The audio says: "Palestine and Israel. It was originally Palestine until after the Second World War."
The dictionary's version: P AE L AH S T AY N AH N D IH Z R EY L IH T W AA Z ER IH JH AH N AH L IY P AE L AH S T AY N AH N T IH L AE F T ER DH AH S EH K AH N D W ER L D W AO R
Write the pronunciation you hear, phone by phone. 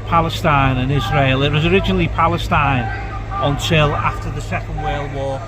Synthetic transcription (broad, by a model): P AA L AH S T AY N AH N IH Z R EY L IH T W AA Z ER IH JH AH N AH L IY P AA L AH S T AY N AH N T IH L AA F T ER DH AH S EH K AH N D W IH L W AO